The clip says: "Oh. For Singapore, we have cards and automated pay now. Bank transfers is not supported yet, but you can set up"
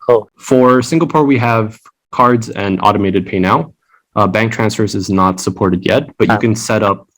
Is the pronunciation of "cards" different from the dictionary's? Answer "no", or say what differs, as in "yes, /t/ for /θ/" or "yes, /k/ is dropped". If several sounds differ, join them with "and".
no